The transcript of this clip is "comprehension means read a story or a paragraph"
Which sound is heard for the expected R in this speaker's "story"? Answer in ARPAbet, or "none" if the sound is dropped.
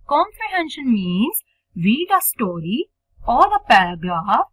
R